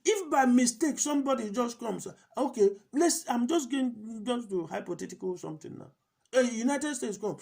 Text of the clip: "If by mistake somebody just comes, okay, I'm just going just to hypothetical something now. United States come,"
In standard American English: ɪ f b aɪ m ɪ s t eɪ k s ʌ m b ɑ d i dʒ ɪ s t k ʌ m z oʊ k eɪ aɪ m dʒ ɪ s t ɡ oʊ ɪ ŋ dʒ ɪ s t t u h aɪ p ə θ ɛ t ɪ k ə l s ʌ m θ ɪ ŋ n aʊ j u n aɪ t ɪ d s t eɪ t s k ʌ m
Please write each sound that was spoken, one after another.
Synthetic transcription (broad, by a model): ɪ f b aɪ m ɪ s t eɪ k s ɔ m b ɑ d i dʒ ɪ s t k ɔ m s oʊ k eɪ aɪ m dʒ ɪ s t ɡ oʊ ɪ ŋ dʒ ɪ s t t u h aɪ p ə t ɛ t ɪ k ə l s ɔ m t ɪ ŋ n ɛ j u n aɪ t ɪ d s t eɪ t s k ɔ m